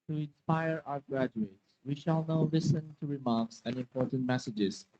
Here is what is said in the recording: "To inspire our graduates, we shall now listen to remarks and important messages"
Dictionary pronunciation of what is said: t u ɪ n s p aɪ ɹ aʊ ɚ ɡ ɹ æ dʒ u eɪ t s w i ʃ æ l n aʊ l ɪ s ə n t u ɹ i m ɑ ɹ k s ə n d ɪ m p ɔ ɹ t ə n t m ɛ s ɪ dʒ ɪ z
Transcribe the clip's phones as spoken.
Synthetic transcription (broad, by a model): t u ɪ n s p aɪ ɹ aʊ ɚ ɡ ɹ æ dʒ u eɪ t s w i ʃ æ l n aʊ l ɪ s ə n t u ɹ i m ɑ ɹ k s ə n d ɪ m p ɔ ɹ t ə n t m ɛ s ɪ dʒ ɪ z